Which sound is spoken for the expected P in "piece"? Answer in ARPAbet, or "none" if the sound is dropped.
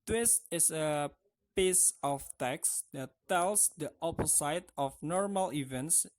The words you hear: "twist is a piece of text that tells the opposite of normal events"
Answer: P